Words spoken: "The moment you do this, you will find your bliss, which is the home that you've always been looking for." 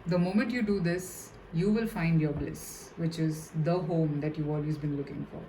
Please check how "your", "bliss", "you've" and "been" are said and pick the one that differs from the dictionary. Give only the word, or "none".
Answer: you've